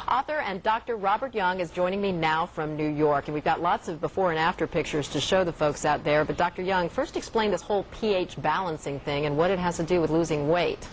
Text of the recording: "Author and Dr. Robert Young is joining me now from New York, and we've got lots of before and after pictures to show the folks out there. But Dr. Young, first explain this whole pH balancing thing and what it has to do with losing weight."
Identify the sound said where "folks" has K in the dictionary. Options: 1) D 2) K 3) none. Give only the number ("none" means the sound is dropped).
2